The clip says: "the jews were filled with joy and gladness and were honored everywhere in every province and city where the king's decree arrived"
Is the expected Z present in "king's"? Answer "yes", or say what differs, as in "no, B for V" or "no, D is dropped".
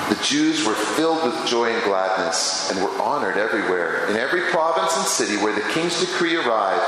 yes